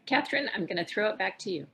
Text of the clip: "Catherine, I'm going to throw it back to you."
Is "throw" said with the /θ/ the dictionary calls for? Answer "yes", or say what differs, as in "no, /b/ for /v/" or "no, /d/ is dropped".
yes